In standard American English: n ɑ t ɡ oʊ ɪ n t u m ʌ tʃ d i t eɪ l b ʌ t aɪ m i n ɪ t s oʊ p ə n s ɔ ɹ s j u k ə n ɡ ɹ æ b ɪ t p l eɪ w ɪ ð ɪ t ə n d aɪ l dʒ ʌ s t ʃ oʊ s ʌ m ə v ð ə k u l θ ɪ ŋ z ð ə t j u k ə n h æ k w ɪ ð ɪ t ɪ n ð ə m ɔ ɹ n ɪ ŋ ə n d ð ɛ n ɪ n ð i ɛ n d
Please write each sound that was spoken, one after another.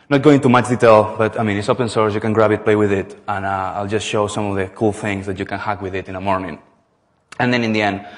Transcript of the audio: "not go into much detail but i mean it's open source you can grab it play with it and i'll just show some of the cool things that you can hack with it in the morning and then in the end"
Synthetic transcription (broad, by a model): n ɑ t ɡ oʊ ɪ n t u m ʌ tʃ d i t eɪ l b ʌ t aɪ m i n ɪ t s oʊ p ə n s ɔ ɹ s j u k ə n ɡ ɹ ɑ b ɪ t p l eɪ w ɪ ð ɪ t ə n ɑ aɪ l dʒ ʌ s t ʃ oʊ s ʌ m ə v ð ə k u l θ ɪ ŋ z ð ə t j u k ə n h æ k w ɪ ð ɪ t ɪ n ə m ɔ ɹ n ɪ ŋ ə n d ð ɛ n ɪ n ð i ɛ n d